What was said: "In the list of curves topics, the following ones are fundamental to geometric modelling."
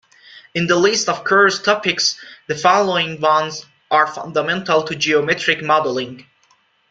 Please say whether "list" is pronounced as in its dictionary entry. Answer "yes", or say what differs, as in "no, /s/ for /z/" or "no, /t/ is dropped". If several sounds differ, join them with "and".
yes